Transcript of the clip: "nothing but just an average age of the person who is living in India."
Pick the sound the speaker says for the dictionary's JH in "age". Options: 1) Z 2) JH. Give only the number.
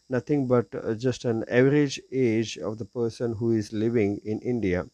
2